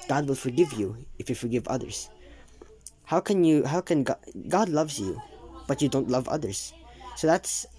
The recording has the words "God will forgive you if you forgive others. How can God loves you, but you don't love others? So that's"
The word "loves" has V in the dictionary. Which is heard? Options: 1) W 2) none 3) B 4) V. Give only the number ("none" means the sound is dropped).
4